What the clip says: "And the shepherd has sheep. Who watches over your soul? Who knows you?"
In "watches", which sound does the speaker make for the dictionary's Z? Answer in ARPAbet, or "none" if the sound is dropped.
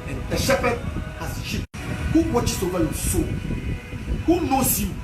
S